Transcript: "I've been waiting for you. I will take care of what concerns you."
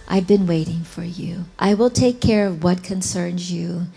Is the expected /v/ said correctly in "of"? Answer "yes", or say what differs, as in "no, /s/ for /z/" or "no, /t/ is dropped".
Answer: yes